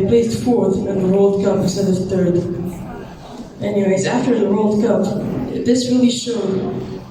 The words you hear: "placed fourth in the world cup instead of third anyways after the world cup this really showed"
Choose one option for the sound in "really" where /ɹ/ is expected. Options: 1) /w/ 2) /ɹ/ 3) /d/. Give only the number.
1